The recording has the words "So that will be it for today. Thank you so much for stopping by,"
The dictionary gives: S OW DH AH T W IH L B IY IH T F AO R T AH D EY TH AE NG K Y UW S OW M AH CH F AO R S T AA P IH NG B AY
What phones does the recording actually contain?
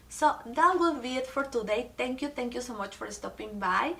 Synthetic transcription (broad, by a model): S OW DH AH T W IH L B IY IH T F AO R T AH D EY T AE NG K Y UW S OW M AH CH F AO R S T AA P IH NG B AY